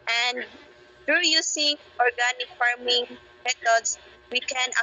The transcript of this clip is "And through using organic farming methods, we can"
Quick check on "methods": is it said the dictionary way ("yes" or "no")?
no